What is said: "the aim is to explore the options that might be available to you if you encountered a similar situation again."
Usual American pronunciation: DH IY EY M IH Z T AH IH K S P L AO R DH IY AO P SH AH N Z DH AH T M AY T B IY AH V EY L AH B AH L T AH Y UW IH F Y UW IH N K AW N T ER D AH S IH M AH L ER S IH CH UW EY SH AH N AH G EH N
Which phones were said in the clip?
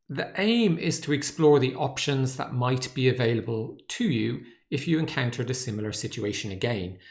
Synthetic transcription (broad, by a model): DH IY EY M IH Z T AH IH K S P L AO R DH IY AO P SH AH N Z DH AH T M AY T B IY AH V EY L AH B AH L T AH Y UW IH F Y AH IH N K AW N T ER D AH S IH M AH L ER S IH CH UW EY SH AH N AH G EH N